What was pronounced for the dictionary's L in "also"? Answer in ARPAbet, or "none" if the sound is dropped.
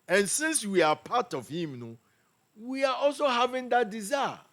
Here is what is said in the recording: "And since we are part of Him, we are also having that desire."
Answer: L